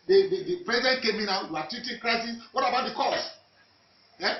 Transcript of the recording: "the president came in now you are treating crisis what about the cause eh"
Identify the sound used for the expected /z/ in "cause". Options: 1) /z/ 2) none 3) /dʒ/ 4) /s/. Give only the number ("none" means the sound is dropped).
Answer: 4